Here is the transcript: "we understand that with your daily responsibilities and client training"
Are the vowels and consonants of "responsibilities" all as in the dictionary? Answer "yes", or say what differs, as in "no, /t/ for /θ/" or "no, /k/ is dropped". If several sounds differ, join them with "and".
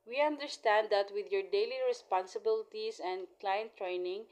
no, /s/ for /z/